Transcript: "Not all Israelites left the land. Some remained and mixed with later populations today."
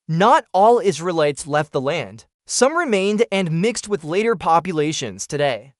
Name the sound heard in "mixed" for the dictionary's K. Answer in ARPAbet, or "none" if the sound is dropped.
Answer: K